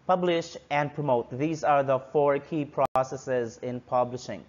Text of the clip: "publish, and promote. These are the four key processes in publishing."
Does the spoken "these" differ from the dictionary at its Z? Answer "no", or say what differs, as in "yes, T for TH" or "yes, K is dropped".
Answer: no